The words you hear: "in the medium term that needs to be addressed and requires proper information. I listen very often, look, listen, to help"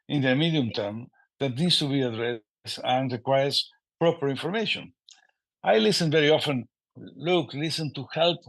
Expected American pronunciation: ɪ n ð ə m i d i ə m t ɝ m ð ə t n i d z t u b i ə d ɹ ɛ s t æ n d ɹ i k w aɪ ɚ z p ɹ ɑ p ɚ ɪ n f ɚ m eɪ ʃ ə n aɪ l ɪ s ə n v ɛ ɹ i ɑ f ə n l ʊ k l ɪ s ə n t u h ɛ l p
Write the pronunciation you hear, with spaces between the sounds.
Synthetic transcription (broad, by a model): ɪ n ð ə m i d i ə m t ɝ m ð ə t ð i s t u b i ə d ɹ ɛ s æ n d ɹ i k w aɪ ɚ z p ɹ ɑ p ɚ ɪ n f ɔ m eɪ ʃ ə n aɪ l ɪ s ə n v ɛ ɹ i ɑ f ə n l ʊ k l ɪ s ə n t u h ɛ l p